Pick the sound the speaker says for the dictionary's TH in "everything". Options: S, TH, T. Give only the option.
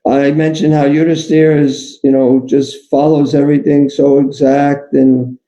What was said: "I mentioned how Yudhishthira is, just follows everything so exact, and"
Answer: TH